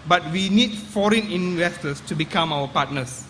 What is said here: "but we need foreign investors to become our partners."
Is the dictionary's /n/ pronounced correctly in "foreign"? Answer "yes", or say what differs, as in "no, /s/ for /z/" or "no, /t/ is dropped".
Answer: yes